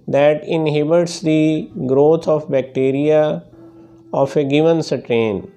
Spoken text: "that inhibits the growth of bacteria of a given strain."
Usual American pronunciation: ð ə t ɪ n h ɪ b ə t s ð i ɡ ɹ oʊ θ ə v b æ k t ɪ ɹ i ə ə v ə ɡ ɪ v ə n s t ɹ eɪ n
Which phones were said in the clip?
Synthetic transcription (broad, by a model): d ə t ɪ n h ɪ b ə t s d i ɡ ɹ oʊ t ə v b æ k t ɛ ɹ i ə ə f ə ɡ ɪ v ə n s t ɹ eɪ n